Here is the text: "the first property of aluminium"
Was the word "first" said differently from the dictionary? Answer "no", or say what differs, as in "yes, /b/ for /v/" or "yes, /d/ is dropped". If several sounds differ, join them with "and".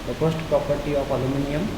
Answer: yes, /p/ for /f/